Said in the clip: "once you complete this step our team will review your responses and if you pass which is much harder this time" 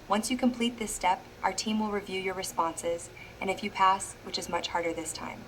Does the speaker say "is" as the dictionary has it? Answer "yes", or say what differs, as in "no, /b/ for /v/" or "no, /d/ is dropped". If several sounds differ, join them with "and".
yes